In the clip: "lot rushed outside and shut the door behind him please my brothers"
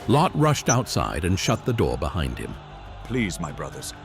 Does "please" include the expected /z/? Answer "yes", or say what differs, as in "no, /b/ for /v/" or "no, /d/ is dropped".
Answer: yes